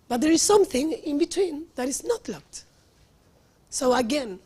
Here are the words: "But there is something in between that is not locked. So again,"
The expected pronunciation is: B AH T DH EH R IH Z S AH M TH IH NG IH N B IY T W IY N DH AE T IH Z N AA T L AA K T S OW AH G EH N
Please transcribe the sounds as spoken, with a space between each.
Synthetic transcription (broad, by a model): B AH T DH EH R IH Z S AH M TH IH NG IH N B IY T W IY N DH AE T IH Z N AA T L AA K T S OW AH G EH N